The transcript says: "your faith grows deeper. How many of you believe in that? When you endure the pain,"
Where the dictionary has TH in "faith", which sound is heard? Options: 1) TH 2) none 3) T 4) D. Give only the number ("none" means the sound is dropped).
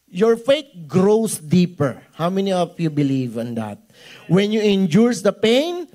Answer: 3